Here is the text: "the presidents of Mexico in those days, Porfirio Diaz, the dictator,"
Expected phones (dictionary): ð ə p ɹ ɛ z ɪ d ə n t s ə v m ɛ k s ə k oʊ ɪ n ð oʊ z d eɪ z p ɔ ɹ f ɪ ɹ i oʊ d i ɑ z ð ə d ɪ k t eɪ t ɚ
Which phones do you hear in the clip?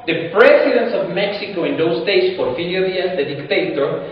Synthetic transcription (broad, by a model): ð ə p ɹ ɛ s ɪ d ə n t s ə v m ɛ k s ə k oʊ ɪ n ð oʊ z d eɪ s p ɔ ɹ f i l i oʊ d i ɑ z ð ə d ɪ k t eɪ t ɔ